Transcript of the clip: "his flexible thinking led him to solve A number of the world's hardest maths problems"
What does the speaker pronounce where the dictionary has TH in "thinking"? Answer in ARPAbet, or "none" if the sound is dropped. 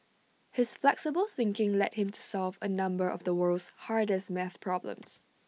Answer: TH